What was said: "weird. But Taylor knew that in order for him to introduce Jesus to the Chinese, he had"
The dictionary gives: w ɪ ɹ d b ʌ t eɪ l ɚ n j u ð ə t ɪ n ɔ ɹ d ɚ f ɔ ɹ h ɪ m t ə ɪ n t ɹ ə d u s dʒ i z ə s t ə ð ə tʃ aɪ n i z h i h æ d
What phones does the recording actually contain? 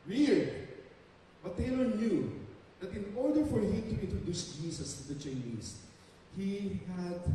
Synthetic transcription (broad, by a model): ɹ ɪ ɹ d b ʌ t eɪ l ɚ n j u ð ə t ɪ n ɔ ɹ d ɚ f ɔ ɹ h ɪ m t ə ɪ n t ɹ ə d u s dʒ i s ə s t ə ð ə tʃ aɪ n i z h i h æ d